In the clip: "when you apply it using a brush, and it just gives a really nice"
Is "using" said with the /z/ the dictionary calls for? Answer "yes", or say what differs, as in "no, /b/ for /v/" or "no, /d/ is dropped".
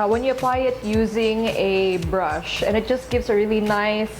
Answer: yes